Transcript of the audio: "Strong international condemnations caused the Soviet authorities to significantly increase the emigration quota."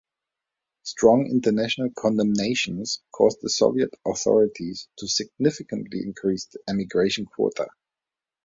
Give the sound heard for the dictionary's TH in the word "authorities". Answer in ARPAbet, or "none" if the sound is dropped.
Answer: TH